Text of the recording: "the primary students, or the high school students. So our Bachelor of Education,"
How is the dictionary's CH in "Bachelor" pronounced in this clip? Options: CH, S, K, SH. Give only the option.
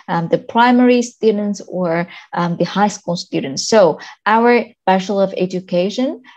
SH